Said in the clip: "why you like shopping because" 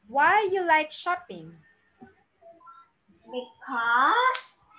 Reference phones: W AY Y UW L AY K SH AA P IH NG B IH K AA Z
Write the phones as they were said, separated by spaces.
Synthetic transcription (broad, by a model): W AY Y UW L AY K SH AA P IH NG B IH K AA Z